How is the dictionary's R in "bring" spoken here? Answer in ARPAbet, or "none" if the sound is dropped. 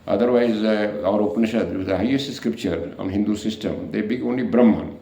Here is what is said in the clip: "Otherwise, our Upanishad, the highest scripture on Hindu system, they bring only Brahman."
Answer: none